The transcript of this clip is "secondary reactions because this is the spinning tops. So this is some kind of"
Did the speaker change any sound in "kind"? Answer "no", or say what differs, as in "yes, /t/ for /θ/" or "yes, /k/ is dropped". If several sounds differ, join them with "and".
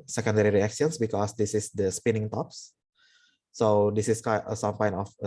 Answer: yes, /d/ is dropped